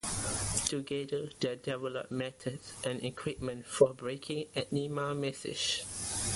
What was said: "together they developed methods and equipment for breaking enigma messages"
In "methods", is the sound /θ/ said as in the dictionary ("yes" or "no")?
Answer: no